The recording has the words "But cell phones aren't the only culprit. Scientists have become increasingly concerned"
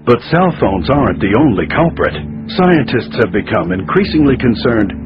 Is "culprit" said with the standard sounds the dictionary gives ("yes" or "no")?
yes